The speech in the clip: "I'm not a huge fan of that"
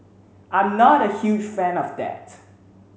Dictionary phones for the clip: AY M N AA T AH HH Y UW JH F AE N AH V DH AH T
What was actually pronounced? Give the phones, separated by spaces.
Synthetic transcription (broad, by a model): AY M N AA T AH HH Y UW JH F AE N AH V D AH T